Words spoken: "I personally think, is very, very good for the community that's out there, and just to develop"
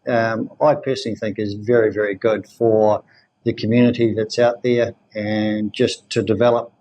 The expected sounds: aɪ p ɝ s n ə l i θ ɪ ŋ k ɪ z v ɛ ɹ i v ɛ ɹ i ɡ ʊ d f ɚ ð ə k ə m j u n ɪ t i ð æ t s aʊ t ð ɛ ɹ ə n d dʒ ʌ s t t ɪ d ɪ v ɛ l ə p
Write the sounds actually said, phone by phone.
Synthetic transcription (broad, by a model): aɪ p ɝ s n l i θ ɪ ŋ k ɪ z v ɛ ɹ i v ɛ ɹ i ɡ ʊ d f ɚ ð ə k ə m j u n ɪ t i ð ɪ t s aʊ t ð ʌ ɹ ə n dʒ ʌ s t t ɪ d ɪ v ɛ l ə p